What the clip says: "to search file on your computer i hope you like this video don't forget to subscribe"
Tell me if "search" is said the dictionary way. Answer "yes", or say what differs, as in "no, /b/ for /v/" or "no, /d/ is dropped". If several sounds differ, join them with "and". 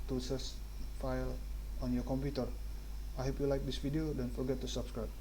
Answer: no, /s/ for /tʃ/